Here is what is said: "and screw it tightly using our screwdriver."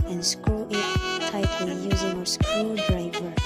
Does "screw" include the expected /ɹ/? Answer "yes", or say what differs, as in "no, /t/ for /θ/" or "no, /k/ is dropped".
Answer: no, /ɹ/ is dropped